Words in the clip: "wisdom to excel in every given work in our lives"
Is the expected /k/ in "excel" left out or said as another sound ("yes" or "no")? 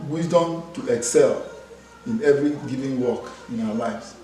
no